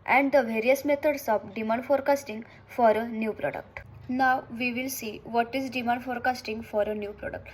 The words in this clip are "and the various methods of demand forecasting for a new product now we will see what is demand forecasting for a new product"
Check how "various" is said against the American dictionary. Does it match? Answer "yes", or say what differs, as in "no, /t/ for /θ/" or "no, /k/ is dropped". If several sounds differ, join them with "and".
yes